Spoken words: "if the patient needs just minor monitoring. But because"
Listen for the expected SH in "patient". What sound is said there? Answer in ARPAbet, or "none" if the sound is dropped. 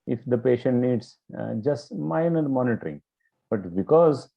SH